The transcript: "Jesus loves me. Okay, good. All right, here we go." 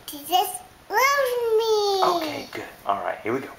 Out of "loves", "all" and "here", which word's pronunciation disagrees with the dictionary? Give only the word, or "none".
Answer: loves